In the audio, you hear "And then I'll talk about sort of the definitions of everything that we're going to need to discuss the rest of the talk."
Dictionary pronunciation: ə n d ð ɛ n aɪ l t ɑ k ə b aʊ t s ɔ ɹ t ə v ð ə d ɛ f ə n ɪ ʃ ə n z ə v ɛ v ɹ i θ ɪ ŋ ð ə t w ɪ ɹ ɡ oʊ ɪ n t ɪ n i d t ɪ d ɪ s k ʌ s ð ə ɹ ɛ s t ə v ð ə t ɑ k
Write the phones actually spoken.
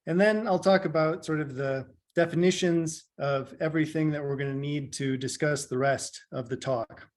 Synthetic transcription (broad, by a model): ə n ð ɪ n aɪ l t ɑ k ə b aʊ t s ɔ ɹ t ə v ð ə d ɛ f ə n ɪ ʃ ə n z ə v ɛ v ɹ i θ ɪ ŋ ð ə t w ɪ ɹ ɡ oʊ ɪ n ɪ n i d t ɪ d ɪ s k ʌ s ð ə ɹ ɛ s t ə v ð ə t ɑ k